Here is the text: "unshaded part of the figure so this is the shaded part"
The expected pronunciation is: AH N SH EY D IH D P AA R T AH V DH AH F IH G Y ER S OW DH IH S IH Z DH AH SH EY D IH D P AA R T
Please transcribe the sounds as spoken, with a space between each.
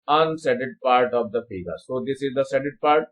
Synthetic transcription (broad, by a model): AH N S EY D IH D P AA R T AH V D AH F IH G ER S OW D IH S IH Z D AH S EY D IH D P AA R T